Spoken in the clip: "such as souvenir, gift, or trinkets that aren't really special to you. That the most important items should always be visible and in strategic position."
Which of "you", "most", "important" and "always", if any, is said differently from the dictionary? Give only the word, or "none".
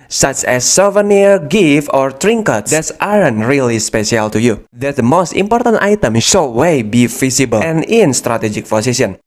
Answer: always